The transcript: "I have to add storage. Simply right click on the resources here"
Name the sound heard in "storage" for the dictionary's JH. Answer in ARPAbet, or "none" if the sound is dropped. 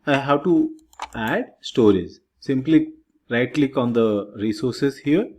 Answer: Z